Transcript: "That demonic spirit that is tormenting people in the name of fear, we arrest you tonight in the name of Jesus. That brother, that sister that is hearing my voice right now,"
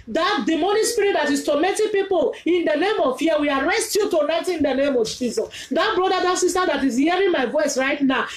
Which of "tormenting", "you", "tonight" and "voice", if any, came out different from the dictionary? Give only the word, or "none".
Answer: tormenting